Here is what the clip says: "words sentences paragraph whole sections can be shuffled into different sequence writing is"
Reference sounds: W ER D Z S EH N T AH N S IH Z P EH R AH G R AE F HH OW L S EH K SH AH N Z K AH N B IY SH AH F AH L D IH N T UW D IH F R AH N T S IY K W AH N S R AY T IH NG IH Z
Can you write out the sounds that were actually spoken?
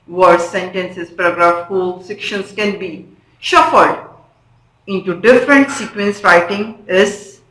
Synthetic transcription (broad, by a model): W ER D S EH N T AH N S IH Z P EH R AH G R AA F HH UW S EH K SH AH N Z K AH N B IY SH AH F AH L D IH N T UW D IH F R AH N T S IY K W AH N S R AY T IH NG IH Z